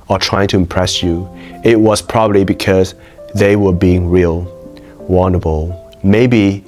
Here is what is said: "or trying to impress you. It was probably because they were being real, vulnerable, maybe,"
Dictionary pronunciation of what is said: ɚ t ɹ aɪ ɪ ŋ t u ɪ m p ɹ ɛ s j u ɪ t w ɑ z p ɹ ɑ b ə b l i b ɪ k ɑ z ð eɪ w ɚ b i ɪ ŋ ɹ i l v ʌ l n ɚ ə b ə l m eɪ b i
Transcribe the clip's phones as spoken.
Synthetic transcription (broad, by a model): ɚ t ɹ aɪ ɪ ŋ t u ɪ m p ɹ ɛ s j u ɪ t w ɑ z p ɹ ɑ b ə b l i b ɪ k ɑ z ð eɪ w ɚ b i ɪ ŋ ɹ i l w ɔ n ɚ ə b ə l m eɪ b i